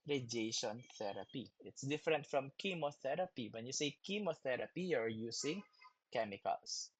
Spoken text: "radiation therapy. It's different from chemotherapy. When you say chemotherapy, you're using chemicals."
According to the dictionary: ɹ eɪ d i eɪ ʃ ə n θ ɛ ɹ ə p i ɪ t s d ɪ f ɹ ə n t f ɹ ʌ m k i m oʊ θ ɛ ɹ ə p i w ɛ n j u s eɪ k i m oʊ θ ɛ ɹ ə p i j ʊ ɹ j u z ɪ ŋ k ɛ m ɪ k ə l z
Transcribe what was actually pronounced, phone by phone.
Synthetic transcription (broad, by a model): ɹ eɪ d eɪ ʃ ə n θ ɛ ɹ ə p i ɪ t s d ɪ f ɹ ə n t f ɹ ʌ m k i m oʊ θ ɛ ɹ ə p i w ɛ n j u s eɪ k i m oʊ θ ɛ ɹ ə p i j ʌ ɹ j u s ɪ ŋ k ɛ m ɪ k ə l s